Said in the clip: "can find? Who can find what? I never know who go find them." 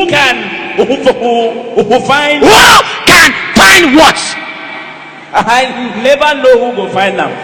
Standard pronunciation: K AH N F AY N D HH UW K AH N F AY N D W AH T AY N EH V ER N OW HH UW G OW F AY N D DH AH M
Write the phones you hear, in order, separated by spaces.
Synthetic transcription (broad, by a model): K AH N F AY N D HH UW K AH N F AY N D W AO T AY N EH B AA N OW HH UW G OW F AY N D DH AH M